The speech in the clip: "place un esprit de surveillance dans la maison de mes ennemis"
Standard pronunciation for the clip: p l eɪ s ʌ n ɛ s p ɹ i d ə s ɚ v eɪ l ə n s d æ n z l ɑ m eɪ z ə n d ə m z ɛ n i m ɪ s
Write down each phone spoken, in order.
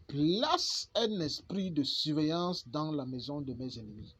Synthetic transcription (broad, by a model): p l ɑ s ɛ n ɛ s p ɹ i d ə s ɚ v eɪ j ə s d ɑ l ɑ m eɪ z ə d ə m z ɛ n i m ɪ